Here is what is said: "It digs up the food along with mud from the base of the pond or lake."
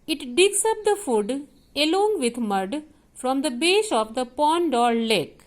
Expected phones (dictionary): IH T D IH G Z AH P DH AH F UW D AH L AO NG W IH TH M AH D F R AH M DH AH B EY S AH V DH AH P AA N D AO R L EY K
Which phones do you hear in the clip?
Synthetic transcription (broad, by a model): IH T D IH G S AH P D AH F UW D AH L AO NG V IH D M AH D F R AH M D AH B EY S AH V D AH P AA N D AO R L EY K